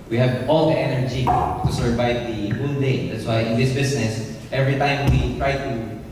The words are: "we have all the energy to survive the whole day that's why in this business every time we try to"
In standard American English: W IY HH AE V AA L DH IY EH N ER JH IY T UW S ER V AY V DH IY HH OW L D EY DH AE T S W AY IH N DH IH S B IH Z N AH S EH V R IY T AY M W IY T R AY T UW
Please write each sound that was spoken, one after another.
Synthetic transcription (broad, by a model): W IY HH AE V AA L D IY EH N ER JH IY T UW S ER V AY V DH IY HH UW N D EY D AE T S W AY IH N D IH S B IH S N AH S EH V R IY T AY M W IY T R AY T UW